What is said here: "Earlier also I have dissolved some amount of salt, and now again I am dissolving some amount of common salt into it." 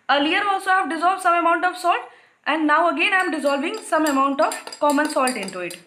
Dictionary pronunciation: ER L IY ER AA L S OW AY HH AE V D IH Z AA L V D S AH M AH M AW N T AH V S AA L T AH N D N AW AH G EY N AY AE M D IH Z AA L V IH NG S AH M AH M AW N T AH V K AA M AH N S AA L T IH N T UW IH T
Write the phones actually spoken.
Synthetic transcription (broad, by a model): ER L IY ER AA L S OW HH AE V D IH Z AA L V D S AH M AH M AW N T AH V S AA L T AH N D N AW AH G EY N AY M D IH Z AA L V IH NG S AH M AH M AW N T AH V K AA M AH N S AA L T IH N T UW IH T